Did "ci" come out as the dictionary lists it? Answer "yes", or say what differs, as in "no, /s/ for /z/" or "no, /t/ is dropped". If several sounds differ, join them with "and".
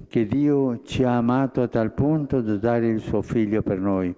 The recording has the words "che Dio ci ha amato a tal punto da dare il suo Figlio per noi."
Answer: yes